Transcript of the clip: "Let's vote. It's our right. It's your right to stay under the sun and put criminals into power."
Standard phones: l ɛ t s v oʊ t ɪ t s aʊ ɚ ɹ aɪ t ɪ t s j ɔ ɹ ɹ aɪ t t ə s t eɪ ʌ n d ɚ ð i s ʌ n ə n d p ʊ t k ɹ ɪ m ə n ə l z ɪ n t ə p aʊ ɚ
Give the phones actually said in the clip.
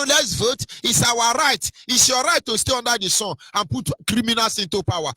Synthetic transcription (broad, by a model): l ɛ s v oʊ t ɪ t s aʊ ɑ ɹ aɪ t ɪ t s j ɔ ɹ ɹ aɪ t t ə s t eɪ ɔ n d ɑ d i s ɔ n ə n p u t k ɹ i m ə n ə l s ɪ n t ə p aʊ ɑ